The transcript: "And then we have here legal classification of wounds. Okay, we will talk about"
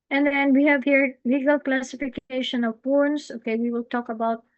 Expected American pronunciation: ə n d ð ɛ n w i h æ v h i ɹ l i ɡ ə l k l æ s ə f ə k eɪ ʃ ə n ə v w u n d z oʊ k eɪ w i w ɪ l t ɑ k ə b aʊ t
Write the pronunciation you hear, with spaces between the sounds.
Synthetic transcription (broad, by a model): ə n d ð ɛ n w i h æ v h i ɹ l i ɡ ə l k l æ s ə f ə k eɪ ʃ ə n ə v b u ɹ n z oʊ k eɪ w i w ɪ l t ɑ k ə b aʊ t